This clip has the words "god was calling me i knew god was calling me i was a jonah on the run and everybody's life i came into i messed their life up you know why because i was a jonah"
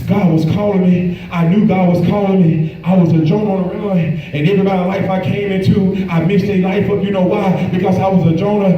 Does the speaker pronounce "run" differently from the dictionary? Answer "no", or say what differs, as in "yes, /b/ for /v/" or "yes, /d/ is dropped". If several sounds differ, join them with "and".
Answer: yes, /l/ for /n/